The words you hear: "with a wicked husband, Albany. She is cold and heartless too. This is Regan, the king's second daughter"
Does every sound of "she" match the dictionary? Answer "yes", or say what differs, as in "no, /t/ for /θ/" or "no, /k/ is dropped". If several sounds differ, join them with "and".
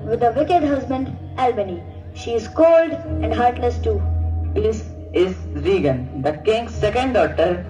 yes